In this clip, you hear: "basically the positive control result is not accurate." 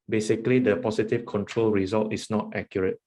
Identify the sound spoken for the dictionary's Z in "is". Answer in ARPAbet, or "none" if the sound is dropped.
S